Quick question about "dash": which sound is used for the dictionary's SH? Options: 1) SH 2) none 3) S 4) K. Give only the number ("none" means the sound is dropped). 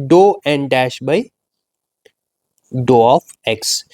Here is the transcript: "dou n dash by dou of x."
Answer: 1